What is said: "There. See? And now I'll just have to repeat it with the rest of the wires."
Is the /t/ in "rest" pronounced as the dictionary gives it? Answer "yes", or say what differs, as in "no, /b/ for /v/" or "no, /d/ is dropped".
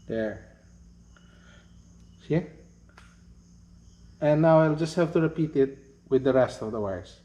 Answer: yes